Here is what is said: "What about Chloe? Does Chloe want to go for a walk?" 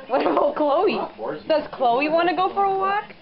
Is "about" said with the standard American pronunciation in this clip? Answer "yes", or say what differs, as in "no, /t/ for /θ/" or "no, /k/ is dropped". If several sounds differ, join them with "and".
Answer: no, /b/ is dropped